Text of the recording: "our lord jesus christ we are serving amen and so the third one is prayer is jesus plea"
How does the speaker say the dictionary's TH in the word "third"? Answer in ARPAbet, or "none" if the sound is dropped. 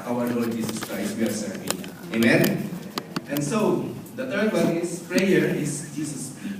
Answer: T